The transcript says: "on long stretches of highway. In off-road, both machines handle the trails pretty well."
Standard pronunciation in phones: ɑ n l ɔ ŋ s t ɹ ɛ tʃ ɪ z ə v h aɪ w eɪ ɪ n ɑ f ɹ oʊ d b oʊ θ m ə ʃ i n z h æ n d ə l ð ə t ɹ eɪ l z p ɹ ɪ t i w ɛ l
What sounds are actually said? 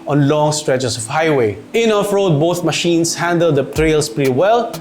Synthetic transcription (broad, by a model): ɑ n l ɔ ŋ s t ɹ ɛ tʃ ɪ s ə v h aɪ w eɪ ɪ n ɑ f ɹ oʊ d b oʊ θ m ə ʃ i n s h æ n d ə l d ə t ɹ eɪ l s p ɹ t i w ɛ l